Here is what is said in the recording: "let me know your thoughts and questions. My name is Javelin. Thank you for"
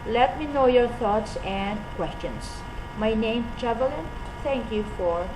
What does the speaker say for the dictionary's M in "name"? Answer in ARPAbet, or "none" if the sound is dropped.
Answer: none